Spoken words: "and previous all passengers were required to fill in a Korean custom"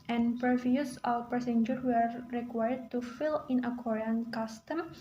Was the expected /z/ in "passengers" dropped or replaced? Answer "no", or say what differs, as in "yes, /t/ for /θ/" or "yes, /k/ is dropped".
yes, /z/ is dropped